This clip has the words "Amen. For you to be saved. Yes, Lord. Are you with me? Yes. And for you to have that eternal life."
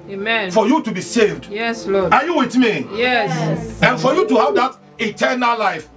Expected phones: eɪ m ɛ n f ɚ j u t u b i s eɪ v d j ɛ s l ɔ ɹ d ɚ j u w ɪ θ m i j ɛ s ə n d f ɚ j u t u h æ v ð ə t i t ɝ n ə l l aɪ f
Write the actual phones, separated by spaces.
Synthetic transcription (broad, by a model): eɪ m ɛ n f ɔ j u t u b i s eɪ v d j ɛ s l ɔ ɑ j u w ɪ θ m i j ɛ s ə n f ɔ j u t u h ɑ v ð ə t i t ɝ n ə l l aɪ f